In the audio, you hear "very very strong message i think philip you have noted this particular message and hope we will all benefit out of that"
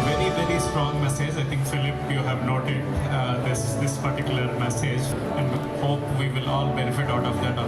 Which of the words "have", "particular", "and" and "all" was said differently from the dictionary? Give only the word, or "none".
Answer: none